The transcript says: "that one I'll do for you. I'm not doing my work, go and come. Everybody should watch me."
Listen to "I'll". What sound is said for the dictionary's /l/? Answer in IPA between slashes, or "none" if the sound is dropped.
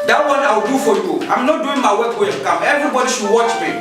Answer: /w/